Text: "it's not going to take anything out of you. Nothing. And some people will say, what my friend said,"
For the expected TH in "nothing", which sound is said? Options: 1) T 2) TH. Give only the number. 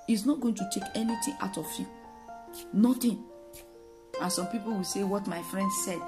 1